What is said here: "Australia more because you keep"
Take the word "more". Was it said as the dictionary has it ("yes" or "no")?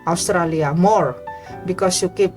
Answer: yes